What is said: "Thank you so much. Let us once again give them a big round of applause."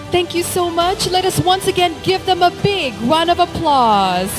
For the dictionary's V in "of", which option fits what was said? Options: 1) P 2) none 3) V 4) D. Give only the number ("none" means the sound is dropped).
3